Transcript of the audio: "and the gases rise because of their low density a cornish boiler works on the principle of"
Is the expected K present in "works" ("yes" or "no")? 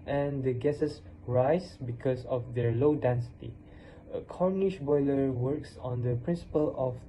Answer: yes